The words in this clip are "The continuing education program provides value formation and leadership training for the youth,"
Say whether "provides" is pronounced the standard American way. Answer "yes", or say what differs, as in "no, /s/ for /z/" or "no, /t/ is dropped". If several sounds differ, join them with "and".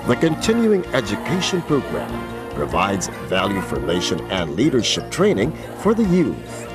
yes